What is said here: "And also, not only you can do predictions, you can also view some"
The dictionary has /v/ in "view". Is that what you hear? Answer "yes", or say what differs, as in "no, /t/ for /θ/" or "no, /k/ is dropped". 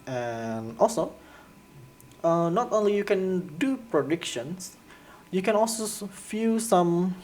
no, /f/ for /v/